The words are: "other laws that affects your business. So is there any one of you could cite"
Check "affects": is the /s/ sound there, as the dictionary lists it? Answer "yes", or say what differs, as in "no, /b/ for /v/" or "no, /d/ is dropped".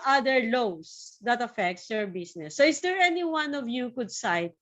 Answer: yes